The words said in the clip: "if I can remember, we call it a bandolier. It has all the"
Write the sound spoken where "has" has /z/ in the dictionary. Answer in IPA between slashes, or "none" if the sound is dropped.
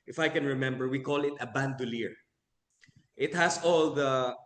/s/